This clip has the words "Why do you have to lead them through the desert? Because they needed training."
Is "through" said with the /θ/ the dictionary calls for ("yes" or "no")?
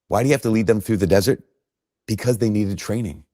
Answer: yes